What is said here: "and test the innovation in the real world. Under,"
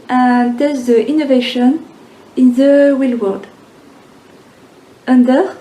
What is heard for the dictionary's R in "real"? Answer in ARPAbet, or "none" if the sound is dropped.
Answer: W